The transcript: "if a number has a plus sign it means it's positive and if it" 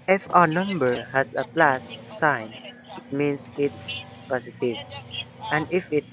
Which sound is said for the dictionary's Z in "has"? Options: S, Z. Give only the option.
S